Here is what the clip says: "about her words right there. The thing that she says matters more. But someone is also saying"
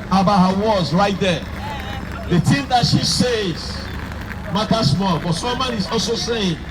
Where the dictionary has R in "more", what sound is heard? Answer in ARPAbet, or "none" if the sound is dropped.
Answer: L